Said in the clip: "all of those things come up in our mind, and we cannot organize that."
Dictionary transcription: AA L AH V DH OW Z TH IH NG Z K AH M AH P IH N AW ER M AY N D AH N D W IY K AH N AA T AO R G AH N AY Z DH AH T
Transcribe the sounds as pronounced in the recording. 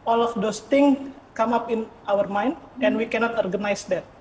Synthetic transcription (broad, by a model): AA L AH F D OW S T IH NG K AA M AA P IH N AW ER M AY N D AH N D W IY K AH N AA T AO R G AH N AY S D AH T